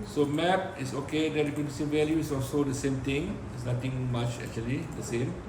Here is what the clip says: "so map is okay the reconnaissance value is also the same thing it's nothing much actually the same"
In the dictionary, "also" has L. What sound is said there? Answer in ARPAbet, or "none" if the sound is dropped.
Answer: L